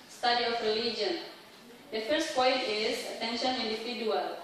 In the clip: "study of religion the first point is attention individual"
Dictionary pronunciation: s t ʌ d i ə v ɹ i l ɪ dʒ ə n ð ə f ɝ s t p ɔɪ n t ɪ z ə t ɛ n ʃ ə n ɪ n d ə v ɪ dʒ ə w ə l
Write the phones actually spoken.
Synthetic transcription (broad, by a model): s t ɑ d i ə f ɹ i l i dʒ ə n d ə f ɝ s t p ɔɪ n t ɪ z ə t ɛ n ʃ ə n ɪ n d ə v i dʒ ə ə l